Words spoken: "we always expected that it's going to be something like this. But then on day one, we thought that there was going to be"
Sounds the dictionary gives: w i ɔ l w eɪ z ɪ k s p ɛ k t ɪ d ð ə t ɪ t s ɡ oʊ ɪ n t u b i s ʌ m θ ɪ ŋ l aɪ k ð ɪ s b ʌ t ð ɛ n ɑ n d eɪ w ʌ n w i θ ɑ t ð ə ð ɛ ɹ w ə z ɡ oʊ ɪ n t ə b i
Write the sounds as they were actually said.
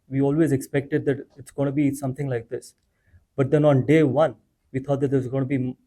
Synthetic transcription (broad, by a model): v i ɔ l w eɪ z ɪ k s p ɛ k t ɪ d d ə t ɪ t s ɡ oʊ ɪ n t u b i s ʌ m t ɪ ŋ l aɪ k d ɪ s b ʌ t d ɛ n ɑ n d eɪ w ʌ n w i t ɑ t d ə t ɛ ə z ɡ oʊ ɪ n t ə b i